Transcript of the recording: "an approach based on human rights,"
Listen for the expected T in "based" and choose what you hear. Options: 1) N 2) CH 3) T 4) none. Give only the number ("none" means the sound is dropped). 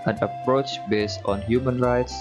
3